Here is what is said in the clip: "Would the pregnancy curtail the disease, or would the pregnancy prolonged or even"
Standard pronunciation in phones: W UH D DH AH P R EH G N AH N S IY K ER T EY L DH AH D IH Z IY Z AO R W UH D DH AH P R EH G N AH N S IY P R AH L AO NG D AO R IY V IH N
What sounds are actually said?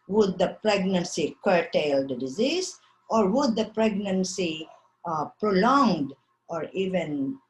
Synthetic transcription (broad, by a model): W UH D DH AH P R EH G N AH N S IY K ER T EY L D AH D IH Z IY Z AO R W UH D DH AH P R EH G N AH N S IY P R AH L AO NG D AO R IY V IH N